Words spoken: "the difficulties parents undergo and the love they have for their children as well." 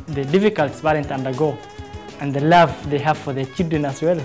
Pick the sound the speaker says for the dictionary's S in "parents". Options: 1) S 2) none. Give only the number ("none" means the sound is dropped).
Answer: 2